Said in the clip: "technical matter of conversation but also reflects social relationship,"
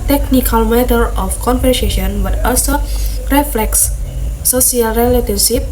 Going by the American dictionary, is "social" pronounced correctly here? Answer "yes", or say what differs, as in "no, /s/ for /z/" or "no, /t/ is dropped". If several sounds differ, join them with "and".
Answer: no, /ʃ/ is dropped